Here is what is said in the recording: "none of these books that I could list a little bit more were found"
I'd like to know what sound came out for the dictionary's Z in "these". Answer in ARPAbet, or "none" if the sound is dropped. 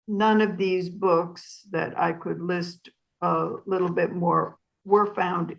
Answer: Z